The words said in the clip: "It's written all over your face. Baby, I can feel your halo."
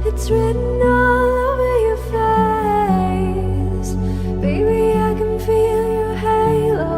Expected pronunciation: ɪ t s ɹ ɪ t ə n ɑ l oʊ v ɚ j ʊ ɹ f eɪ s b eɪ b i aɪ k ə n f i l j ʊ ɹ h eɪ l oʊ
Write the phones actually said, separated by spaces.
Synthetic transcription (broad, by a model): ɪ t s ɹ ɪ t n ɑ l oʊ v ɚ j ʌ ɹ f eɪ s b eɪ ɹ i aɪ k ə n f i l j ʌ ɹ h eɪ l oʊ